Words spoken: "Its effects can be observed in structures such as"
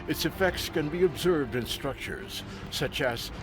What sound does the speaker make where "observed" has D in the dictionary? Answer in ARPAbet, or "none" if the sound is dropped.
D